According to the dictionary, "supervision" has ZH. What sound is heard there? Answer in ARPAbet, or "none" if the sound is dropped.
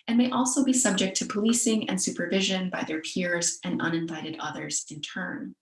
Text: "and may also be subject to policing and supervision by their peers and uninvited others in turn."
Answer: ZH